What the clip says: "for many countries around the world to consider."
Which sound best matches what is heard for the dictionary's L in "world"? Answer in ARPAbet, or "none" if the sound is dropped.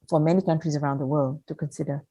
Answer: L